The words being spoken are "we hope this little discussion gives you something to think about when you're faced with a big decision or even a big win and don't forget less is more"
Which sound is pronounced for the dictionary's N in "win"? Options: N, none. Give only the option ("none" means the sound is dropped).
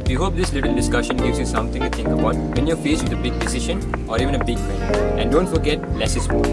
none